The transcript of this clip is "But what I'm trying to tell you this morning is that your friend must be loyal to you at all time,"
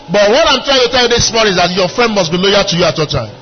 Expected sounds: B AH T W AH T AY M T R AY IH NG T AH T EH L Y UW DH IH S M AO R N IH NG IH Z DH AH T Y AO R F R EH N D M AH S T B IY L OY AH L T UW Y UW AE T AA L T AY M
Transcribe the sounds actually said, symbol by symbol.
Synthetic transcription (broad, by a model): B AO T W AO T AY M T R AY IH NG T AH T EH L Y UW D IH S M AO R IH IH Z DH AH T Y AO F R EH N D M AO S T B IY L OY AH T UW Y UW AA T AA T AY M